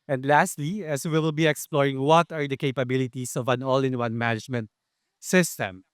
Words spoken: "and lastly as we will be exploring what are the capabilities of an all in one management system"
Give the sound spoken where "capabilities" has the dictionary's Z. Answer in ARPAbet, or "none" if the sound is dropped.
S